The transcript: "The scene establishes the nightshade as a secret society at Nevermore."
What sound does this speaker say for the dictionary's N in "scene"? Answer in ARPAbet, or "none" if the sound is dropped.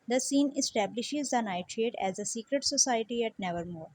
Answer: N